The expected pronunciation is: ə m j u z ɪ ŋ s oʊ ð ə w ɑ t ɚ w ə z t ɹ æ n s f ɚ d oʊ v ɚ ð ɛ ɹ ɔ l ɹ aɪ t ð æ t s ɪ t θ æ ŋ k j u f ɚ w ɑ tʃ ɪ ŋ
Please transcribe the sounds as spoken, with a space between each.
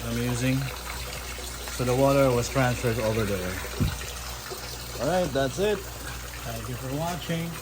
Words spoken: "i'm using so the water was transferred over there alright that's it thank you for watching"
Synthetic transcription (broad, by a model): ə m j u z ɪ ŋ s oʊ ð ə w ɑ t ɚ w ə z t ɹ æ n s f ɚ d oʊ v ɚ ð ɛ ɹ ɔ l ɹ aɪ t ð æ t s ɪ t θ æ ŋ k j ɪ f ɚ w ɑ tʃ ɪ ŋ